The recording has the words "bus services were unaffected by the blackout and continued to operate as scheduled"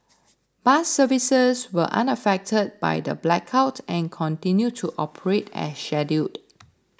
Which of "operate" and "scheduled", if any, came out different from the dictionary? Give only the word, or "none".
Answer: scheduled